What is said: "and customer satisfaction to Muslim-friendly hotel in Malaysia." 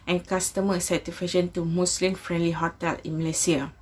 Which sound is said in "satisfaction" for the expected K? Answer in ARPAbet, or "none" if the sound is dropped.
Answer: none